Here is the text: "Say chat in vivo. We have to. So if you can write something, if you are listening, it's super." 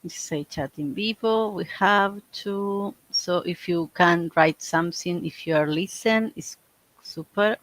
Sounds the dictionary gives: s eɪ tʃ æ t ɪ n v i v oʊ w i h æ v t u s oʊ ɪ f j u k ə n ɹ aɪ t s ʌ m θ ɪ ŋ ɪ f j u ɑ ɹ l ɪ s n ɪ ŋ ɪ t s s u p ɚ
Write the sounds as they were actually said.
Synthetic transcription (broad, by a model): s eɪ tʃ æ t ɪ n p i p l w i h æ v t u s oʊ ɪ f j u k ə n ɹ aɪ t s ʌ m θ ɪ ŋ ɪ f j u ɑ ɹ l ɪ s ɪ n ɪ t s s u p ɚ